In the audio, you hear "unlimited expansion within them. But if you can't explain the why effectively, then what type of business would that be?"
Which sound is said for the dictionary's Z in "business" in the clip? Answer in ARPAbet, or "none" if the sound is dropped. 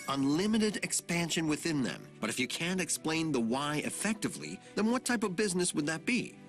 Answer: Z